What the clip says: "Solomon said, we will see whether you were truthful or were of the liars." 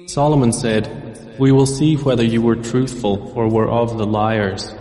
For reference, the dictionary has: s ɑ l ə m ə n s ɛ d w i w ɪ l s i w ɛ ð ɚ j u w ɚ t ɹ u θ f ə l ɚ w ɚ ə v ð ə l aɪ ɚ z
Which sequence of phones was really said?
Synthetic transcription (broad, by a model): s ɑ l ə m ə n s ɛ d w i w ɪ l s i w ɛ ð ɚ j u w ɚ t ɹ u θ f ə l ɚ w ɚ ə v ð ə l aɪ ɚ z